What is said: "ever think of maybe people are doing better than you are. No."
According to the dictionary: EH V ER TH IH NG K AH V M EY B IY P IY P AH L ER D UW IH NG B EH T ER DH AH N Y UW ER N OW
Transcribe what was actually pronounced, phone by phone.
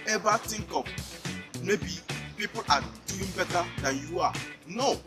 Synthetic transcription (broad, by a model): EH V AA T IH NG K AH P M EY B IY P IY P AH L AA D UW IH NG B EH T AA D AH N Y UW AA N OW